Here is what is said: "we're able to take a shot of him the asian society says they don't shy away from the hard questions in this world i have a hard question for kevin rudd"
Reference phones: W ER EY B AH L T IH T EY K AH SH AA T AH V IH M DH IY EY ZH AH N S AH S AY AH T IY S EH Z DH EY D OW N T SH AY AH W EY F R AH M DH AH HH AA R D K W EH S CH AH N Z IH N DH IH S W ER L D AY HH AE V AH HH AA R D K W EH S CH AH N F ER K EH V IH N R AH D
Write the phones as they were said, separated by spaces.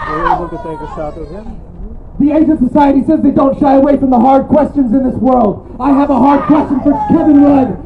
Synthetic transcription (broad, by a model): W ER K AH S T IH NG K AH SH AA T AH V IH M DH IY EY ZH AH N S AH S AY AH T IY S EH Z DH EY D OW N T SH AY AH W EY F R AH M DH AH HH AA R D K W EH S CH AH N Z IH N DH IH S W ER L D AY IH V AH HH AA R D K W EH S CH AH N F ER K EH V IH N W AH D